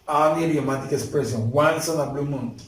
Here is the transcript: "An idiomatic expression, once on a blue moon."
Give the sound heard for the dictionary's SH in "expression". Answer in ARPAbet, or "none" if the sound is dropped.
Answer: S